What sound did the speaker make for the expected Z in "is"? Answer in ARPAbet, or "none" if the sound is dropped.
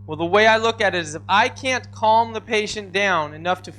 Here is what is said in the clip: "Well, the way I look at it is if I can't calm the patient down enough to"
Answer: Z